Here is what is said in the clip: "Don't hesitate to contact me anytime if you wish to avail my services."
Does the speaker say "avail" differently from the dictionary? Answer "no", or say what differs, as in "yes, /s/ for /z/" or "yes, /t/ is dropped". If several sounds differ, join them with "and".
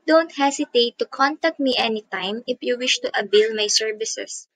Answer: yes, /b/ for /v/